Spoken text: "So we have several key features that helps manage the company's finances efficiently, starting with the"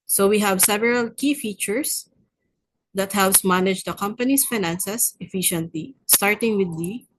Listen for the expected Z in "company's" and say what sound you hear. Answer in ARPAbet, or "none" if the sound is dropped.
S